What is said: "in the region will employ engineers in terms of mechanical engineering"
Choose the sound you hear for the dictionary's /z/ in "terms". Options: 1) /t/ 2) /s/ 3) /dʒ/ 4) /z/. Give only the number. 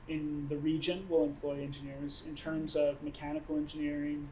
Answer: 4